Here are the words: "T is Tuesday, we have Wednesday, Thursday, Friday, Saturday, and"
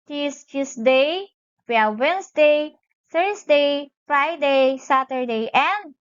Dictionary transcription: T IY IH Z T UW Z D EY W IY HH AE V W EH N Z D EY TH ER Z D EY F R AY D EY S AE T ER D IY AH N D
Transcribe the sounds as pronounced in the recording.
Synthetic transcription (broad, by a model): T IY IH S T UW S D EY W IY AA W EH N S D EY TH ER S D EY F R AY D EY S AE T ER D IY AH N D